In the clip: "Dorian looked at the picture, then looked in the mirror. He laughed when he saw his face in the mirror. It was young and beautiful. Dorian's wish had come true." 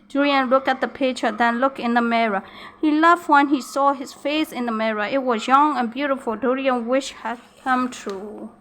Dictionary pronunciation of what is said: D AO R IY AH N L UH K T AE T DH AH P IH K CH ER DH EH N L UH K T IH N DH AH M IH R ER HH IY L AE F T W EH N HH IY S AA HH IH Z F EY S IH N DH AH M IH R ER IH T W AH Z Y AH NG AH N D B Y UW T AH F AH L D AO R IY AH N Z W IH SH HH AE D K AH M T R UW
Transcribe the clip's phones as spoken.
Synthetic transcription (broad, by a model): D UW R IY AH N L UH K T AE T DH AH P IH CH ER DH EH N L UH K IH N DH AH M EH R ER HH IY L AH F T W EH N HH IY S AA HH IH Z F EY S IH N DH AH M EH R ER IH T W AH Z Y AH NG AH N B Y UW T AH F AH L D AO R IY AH N W IH SH HH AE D K AH M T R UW